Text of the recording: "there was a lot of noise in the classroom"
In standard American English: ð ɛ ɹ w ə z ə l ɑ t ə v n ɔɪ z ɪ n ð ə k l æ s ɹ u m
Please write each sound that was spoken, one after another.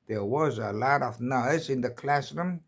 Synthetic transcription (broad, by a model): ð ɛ ɹ w ə z ə l ɑ t ə v n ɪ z ɪ n ð ə k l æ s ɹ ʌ m